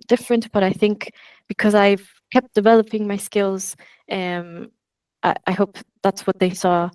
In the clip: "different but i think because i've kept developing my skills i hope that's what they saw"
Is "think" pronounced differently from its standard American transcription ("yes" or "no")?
no